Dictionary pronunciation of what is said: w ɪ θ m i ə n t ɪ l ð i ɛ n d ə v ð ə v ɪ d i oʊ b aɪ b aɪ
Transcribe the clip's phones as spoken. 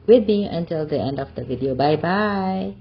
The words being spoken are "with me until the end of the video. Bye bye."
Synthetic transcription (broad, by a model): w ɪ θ m i ə n t ɪ l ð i ɛ n d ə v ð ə v ɪ d i oʊ b aɪ b aɪ